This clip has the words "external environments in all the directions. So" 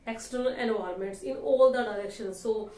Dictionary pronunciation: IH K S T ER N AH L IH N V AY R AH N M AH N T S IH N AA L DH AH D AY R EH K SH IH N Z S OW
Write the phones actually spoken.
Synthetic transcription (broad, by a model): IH K S T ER N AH L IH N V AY AH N M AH N T S IH N AA L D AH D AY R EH K SH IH N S S OW